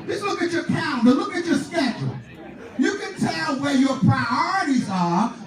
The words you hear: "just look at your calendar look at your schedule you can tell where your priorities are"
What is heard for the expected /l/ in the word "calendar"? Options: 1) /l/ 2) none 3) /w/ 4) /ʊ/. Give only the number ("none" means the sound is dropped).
2